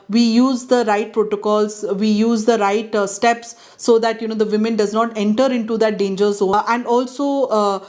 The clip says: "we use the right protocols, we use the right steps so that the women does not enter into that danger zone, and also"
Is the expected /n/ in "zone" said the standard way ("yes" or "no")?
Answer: no